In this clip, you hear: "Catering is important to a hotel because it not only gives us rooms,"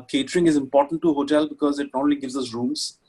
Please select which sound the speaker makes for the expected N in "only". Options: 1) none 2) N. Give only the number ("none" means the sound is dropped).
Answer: 1